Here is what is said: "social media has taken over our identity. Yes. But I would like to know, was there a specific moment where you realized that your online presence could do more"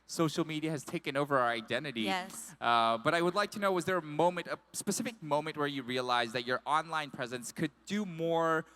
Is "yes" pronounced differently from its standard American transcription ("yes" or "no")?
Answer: yes